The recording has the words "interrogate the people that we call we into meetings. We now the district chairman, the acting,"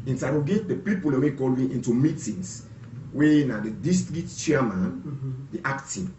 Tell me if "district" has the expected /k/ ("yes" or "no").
no